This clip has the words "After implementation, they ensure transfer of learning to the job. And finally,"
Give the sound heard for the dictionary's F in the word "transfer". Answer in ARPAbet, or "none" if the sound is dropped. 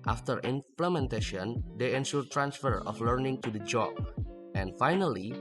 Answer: F